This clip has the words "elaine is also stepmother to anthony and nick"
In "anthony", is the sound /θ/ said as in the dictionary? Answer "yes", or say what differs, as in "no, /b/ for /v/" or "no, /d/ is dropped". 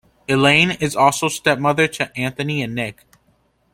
yes